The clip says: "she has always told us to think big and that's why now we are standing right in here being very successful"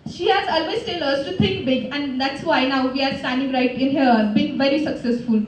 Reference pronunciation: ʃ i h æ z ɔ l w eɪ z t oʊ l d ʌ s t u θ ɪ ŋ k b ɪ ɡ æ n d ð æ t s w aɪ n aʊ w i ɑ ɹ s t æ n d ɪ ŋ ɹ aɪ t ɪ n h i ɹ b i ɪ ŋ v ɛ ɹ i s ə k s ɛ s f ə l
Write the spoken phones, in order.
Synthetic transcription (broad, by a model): ʃ i h æ z ɔ l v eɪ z t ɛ l ʌ s t u t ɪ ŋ k b ɪ ɡ æ n d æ t s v aɪ n aʊ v i ɑ ɹ s t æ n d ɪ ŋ ɹ aɪ t ɪ n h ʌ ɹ b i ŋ v ɛ ɹ i s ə k s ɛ s f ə l